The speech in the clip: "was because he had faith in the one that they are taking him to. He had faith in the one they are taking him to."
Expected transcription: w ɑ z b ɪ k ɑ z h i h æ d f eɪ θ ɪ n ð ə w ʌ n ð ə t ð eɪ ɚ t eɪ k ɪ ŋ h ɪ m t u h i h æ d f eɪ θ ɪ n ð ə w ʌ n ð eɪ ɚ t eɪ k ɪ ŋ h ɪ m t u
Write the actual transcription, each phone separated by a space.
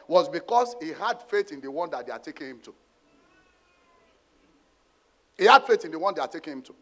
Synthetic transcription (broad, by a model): w ɑ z b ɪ k ɑ s h i h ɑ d f eɪ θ ɪ n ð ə w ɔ n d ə t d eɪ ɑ t eɪ k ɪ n h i m t u h i h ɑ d f eɪ t ɪ n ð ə w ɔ n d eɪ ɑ t eɪ k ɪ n h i m t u